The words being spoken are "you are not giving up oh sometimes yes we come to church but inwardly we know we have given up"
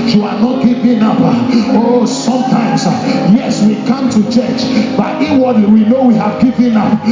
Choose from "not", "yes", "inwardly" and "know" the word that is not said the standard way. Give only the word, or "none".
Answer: inwardly